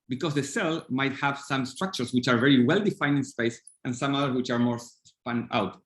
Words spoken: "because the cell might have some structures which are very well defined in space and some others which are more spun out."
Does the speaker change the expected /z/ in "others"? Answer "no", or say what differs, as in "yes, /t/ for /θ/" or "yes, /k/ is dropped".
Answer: yes, /s/ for /z/